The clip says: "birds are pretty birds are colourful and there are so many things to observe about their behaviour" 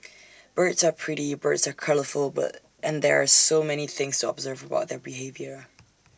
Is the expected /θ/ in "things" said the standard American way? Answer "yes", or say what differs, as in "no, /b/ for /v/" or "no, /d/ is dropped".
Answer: yes